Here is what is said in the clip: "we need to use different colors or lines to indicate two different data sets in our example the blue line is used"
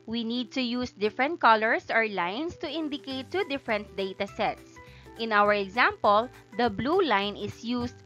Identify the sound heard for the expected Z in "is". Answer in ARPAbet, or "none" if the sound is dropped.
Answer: S